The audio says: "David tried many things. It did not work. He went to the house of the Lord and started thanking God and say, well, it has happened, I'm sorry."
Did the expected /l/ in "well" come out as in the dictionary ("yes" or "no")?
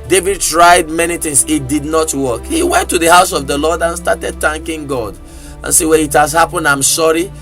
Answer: no